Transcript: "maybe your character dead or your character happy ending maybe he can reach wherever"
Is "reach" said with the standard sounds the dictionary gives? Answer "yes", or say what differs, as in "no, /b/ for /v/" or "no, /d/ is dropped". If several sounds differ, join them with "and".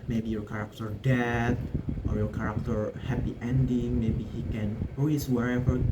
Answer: no, /s/ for /tʃ/